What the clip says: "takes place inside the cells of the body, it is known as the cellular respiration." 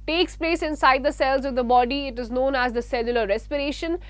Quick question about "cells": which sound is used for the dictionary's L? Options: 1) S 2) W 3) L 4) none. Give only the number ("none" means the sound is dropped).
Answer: 3